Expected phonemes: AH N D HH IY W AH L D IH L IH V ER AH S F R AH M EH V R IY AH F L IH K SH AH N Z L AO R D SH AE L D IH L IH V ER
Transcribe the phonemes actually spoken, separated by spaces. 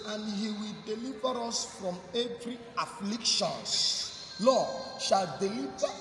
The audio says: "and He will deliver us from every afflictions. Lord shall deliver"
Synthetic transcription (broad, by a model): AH N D HH IY W AH L D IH L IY V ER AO S F R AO M EH V R IY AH F L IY K SH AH N S L AO SH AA L D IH L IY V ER